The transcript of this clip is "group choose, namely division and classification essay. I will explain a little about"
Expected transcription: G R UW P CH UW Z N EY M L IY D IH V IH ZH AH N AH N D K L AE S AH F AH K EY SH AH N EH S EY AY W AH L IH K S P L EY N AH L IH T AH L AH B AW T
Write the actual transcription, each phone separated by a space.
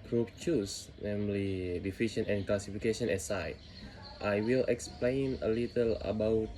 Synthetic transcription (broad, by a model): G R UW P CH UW S N EY M L IY D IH F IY SH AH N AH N K L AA S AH F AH K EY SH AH N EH S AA AY W AH L IH K S P L EY N AH L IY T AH L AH B AW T